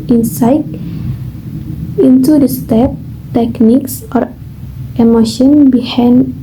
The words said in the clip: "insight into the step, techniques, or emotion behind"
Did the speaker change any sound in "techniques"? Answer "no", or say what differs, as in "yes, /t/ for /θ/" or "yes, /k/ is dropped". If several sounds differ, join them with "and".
no